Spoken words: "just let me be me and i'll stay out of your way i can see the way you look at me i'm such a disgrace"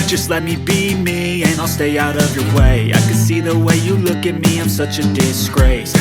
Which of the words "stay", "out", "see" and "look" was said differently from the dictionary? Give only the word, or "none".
none